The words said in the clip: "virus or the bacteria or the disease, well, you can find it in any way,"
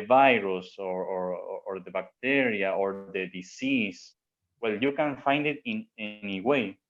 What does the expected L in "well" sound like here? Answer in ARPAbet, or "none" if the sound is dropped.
L